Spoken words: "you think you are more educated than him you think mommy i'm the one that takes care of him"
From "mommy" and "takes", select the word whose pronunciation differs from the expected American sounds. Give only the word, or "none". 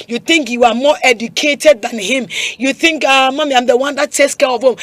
takes